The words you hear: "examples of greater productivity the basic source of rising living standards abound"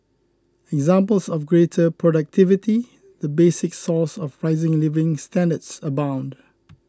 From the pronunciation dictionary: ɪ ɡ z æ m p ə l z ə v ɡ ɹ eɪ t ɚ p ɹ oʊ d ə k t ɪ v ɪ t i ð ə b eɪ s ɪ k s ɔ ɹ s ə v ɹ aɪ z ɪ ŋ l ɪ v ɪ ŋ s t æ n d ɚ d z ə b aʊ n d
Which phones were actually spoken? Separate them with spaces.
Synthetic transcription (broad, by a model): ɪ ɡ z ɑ m p ə l s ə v ɡ ɹ eɪ t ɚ p ɹ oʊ d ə k t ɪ v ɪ t i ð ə b eɪ s ɪ k s ɔ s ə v ɹ aɪ z ɪ ŋ l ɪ v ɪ ŋ s t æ n d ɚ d s ə b aʊ n d